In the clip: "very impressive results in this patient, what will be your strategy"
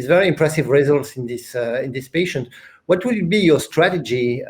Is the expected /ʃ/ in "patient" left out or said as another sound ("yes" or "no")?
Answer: no